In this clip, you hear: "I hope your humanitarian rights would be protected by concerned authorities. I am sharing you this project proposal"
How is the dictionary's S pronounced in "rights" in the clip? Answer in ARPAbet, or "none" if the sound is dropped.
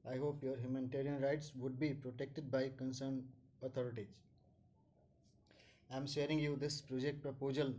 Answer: S